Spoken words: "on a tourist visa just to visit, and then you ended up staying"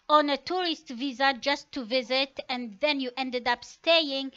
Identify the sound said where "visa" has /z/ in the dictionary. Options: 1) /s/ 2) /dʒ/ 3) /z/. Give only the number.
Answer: 3